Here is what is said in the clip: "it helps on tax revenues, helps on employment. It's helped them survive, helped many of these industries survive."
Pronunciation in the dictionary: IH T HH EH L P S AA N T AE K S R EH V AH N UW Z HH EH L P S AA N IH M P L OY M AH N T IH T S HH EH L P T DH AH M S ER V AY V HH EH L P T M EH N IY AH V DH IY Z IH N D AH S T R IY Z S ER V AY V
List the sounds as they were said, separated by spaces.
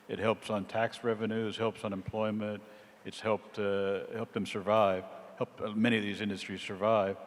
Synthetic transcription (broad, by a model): IH T HH EH L P S N T AE K S R EH V AH N UW Z HH EH L P S N IH M P L OY M AH N T IH T S HH EH L P T DH AH M S ER V AY V HH EH L P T M EH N IY AH V DH IY Z IH N D AH S T R IY Z S ER V AY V